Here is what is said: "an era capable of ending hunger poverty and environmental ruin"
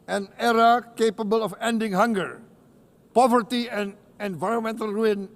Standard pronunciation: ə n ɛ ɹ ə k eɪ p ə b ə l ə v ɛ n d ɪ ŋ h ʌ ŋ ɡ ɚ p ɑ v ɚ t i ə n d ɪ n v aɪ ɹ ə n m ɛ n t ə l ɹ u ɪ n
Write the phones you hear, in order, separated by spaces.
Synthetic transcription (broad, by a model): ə n ɛ ɹ ə k eɪ p ə b ə l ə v ɛ n d ɪ ŋ h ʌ ŋ ɡ ɚ p ɑ v ɚ t i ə n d ɪ n v aɪ ɹ ə n m ɛ n t ə l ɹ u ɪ n